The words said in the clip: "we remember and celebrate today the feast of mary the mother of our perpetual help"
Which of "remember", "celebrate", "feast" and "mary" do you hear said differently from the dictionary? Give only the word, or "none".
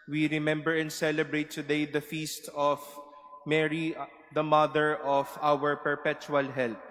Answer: none